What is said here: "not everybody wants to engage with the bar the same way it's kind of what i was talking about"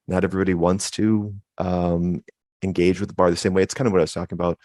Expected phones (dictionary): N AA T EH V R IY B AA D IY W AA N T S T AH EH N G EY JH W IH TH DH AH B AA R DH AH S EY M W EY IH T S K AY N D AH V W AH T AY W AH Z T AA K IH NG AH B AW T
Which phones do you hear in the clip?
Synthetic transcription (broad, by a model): N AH T EH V R IY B AA D IY W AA N T S T AH EH N G EY JH W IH DH AH B AA R DH AH S EY M W EY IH T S K AY N D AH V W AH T AY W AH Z T AA K IH NG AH B AW T